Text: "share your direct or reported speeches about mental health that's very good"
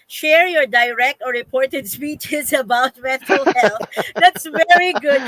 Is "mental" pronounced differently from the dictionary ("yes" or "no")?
yes